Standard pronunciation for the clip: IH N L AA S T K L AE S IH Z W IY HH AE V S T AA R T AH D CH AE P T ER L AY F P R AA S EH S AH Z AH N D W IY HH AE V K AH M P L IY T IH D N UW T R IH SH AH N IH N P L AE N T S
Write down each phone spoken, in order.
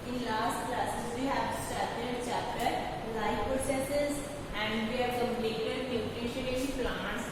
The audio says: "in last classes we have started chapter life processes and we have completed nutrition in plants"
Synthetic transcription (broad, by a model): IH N L AA S T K L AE S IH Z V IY HH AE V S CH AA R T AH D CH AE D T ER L AY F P R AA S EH S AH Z AH N D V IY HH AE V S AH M L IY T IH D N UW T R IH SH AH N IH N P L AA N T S